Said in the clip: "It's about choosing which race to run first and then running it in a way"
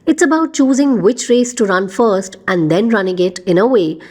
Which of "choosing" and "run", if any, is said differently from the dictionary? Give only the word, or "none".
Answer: none